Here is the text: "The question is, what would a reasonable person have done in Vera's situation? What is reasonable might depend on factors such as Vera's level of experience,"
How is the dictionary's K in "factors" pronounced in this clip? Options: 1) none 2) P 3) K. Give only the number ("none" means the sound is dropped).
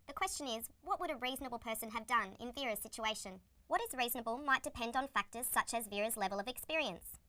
3